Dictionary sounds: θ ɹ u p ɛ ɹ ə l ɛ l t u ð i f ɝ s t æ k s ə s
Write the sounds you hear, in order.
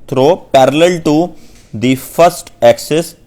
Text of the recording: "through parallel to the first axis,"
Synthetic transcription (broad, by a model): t ɹ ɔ p ɛ ɹ ə l ɛ l t u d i f ɝ s t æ k s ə s